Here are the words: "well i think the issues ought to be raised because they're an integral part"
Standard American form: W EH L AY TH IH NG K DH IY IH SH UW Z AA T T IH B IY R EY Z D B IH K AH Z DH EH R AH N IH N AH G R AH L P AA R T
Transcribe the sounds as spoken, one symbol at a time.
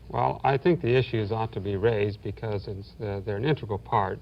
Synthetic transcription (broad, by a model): W EH L AY TH IH NG K DH IY IH SH UW Z AA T T IH B IY R EY Z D B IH K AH Z DH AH R AH N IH N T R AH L P AA R T